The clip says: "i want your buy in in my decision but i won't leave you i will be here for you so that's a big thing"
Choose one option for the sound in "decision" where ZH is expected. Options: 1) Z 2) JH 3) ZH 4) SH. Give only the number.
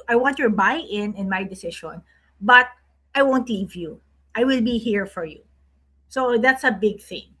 4